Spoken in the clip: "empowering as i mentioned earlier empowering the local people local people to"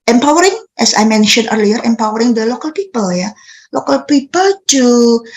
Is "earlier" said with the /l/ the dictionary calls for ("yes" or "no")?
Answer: yes